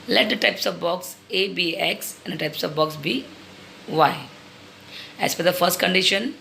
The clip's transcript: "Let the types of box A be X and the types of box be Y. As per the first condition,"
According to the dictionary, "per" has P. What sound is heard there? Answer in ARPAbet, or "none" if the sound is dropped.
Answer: F